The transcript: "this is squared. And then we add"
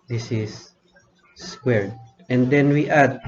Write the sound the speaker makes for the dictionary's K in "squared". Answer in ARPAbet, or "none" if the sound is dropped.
K